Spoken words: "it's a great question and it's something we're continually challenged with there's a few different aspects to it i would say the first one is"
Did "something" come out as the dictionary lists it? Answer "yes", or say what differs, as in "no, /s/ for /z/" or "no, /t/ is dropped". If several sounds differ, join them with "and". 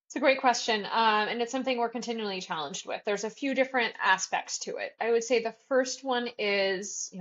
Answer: yes